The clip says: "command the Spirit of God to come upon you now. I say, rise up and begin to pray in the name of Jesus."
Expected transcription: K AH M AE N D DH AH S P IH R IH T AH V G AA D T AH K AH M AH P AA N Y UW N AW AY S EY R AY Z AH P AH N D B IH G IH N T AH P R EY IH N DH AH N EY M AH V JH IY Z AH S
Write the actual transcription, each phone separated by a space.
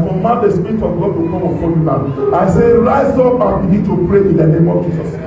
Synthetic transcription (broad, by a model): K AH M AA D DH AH S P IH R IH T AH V G AA D T AH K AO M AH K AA L Y UW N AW AY S EY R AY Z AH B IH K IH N T AH P R EY IH N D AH N EY M AH V JH IY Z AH S